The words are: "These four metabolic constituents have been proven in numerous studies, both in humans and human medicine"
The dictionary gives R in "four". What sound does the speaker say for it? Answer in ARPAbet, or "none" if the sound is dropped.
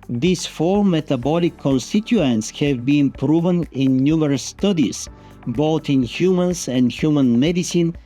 L